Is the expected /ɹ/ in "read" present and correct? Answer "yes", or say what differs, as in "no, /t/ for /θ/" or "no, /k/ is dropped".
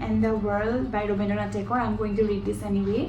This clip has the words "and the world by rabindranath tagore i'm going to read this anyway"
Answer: no, /l/ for /ɹ/